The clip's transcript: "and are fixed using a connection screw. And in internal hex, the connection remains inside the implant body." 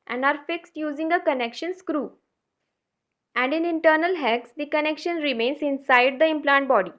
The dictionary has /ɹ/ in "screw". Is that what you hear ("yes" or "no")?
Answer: yes